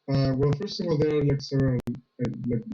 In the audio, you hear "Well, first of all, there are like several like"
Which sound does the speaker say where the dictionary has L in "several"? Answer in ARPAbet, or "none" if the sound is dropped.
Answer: N